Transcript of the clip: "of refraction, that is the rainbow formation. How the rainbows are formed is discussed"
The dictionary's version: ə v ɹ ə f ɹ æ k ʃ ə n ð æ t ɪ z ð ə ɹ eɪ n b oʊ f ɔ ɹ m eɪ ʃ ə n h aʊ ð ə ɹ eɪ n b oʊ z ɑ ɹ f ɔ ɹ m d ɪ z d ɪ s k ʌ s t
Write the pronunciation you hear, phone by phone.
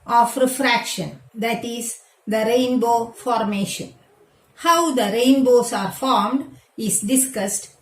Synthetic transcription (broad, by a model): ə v ɹ ə f ɹ æ k ʃ ə n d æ t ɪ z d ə ɹ eɪ n b oʊ f ɔ ɹ m eɪ ʃ ə n h aʊ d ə ɹ eɪ n b oʊ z ɑ ɹ f ɔ ɹ m d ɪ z d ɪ s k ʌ s t